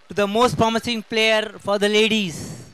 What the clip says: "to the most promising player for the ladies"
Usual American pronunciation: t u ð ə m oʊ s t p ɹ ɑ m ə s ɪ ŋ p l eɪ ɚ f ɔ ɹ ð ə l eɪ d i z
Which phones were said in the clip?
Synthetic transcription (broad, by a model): t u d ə m oʊ s t p ɹ ɑ m ə s ɪ ŋ p l eɪ ɚ f ɔ ɹ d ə l eɪ d i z